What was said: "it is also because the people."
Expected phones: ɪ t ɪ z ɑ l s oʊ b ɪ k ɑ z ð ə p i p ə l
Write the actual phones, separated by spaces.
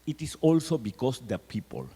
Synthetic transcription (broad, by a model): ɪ t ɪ s ɑ l s oʊ b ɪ k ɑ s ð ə p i p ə l